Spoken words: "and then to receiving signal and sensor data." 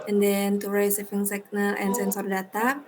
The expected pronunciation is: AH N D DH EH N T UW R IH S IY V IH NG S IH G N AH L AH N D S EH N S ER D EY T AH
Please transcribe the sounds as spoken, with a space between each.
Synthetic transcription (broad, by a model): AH N D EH N T UW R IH S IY F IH NG S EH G N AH L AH N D S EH N S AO D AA T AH